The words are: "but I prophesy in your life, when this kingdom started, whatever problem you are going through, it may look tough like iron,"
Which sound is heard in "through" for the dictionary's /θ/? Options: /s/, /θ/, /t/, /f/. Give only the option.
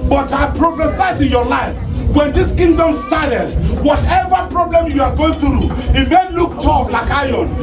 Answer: /t/